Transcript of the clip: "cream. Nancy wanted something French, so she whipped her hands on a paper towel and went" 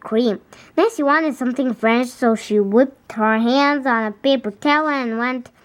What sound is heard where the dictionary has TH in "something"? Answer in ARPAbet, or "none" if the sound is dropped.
TH